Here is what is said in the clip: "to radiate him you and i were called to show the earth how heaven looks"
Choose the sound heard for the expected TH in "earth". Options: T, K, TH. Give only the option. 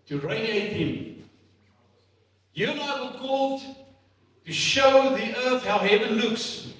TH